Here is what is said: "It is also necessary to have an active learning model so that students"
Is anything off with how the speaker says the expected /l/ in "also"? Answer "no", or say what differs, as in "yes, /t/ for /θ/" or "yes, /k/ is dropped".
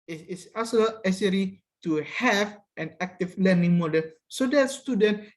yes, /l/ is dropped